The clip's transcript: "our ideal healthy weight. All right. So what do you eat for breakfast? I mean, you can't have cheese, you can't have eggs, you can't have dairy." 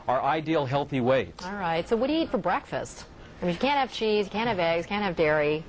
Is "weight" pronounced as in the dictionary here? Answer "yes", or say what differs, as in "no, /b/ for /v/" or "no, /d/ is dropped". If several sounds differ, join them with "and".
yes